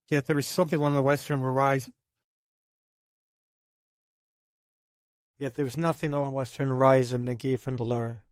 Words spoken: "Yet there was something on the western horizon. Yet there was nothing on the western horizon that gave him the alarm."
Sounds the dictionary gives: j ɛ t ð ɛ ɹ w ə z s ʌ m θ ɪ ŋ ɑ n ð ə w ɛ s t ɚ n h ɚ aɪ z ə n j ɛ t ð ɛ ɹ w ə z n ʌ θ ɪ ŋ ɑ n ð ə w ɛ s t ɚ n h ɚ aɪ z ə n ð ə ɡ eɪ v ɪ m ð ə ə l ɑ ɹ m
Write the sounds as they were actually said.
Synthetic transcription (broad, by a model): j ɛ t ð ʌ ɹ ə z s ʌ m θ ɪ ŋ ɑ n ð ə w ɛ s t ɚ n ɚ aɪ z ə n j ɛ t ð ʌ ɹ w ə z n ʌ θ ɪ ŋ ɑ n w ɛ s t ɚ n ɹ aɪ z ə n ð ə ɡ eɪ f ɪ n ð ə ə l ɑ ɹ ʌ